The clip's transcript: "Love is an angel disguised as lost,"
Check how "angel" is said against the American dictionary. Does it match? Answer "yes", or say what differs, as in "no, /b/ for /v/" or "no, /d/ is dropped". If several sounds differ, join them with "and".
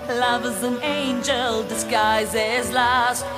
yes